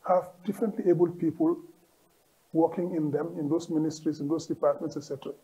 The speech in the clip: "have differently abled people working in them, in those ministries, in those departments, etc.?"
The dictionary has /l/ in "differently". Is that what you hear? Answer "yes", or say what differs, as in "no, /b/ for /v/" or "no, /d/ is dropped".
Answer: yes